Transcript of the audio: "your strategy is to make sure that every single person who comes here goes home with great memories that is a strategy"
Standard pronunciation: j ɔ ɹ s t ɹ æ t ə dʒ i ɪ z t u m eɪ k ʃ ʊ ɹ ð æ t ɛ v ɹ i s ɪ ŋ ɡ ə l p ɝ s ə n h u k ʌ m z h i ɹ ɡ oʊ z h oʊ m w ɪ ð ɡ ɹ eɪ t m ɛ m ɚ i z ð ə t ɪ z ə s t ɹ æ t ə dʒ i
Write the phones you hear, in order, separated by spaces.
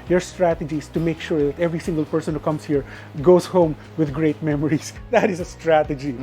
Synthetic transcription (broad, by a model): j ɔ ɹ s t ɹ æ t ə dʒ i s t u m eɪ k ʃ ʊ ɹ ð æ t ɛ v ɹ i s ɪ ŋ ɡ ə l p ɝ s ə n h u k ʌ m s h i ɹ ɡ oʊ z h oʊ m w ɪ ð ɡ ɹ eɪ t m ɛ m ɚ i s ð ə t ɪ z ə s t ɹ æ t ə dʒ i